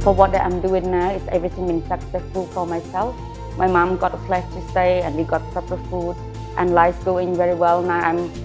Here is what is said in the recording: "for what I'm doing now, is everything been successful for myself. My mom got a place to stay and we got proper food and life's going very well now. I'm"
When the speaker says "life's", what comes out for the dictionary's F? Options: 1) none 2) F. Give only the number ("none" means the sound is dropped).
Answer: 1